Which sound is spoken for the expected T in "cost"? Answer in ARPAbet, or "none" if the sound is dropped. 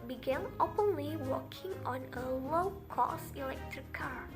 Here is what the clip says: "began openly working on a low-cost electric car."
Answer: none